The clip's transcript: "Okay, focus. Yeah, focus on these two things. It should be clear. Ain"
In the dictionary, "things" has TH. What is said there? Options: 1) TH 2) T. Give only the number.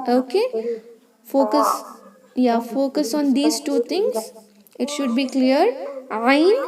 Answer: 2